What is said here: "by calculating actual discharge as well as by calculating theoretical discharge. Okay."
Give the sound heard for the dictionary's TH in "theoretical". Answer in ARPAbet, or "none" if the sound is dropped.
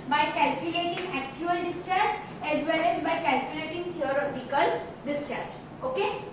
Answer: T